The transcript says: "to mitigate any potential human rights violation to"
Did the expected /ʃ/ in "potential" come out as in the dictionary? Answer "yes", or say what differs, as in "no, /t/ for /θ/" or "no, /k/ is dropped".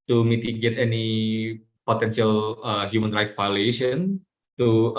no, /s/ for /ʃ/